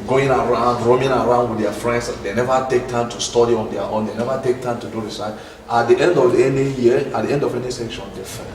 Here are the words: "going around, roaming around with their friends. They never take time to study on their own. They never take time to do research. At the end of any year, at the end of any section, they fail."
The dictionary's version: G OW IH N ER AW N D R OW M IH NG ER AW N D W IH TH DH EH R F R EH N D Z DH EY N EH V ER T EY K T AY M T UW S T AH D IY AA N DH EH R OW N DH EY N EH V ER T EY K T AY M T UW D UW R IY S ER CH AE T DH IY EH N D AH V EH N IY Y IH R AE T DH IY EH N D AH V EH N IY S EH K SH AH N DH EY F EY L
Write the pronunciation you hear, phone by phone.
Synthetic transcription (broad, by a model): G OW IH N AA AW N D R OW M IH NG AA AW N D W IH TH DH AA F R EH N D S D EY N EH V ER T EY K T AY M T UW S T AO D IY AA N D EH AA OW N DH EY N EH V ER T EY K T AY M T UW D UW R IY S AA AA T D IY EH N D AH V EH N IY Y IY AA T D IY EH N D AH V EH N IY S EH K SH AH N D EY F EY